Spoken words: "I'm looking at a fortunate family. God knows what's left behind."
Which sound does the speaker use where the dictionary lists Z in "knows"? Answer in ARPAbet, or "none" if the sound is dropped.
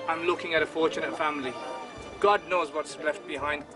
Z